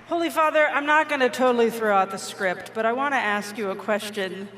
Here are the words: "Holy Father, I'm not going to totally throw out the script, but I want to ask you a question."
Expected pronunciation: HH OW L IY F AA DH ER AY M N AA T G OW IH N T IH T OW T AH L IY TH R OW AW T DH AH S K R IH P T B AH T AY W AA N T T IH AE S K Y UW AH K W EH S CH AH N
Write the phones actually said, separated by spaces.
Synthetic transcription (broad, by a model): HH OW L IY F AA DH ER AY M N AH T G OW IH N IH T OW T L IY TH R OW AW T DH AH S K R IH P T B AH T AY W AA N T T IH AE S K Y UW AH K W EH S CH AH N